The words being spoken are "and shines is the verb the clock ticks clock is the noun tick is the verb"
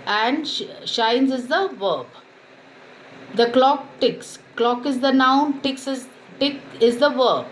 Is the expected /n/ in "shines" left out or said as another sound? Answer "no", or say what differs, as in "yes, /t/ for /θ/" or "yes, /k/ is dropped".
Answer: no